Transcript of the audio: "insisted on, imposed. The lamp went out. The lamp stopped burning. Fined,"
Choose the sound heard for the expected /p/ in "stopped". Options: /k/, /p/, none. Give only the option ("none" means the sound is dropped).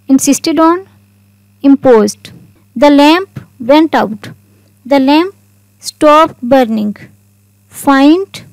/p/